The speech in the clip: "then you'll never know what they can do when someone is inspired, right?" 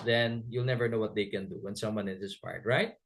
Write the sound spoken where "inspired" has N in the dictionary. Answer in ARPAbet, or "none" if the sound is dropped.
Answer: none